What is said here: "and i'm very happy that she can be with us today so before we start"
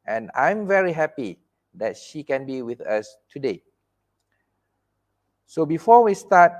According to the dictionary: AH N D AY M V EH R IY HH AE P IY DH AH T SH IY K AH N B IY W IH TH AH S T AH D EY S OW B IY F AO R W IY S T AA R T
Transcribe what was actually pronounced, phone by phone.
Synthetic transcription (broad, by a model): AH N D AY M V EH R IY HH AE P IY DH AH T SH IY K AH N B IY W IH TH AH S T AH D EY S OW B IY F AO W IY S T AA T